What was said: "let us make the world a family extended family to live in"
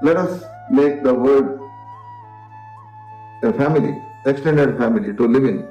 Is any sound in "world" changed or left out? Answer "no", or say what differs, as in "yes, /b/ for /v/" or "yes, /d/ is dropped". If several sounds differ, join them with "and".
yes, /l/ is dropped